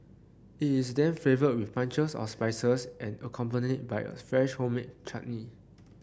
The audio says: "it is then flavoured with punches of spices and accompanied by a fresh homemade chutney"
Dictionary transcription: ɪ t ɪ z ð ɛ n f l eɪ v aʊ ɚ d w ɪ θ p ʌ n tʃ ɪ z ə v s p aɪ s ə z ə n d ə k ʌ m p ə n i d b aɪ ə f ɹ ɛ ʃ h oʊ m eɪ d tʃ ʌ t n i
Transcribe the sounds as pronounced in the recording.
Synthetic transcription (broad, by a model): ɪ t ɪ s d ɛ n f eɪ v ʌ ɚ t w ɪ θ p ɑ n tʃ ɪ s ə s p aɪ s ə s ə n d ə k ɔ m p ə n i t b aɪ ə f ɹ ɛ ʃ h oʊ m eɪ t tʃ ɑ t n i